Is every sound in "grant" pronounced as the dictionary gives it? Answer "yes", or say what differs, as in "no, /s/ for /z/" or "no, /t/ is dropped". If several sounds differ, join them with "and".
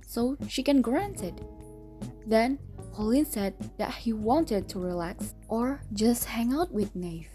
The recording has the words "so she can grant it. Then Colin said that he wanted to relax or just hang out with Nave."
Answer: yes